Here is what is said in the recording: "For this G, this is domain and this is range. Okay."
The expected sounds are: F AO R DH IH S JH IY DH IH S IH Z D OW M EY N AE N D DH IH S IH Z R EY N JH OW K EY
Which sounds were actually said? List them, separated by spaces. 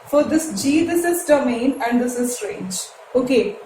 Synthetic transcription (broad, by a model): F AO R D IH S JH IY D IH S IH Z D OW M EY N AE N D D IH S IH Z R EY N JH OW K EY